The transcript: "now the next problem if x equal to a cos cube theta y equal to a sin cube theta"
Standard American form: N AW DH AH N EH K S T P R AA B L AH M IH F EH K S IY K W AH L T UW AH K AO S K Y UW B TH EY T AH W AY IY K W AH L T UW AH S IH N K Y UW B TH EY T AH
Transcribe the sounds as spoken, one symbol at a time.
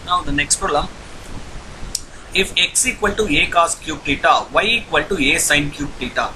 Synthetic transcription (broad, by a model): N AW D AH N EH K S T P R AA L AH IH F EH K S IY K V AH L T UW AH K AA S K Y UW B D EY T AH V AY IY K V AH L T UW AH S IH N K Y UW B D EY T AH